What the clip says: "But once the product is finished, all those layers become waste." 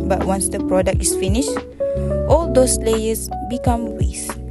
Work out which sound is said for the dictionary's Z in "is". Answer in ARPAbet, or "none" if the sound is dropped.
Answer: S